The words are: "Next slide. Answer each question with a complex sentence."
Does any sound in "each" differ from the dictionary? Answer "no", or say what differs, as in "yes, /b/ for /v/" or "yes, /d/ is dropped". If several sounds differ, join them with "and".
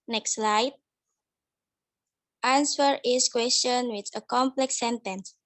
yes, /s/ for /tʃ/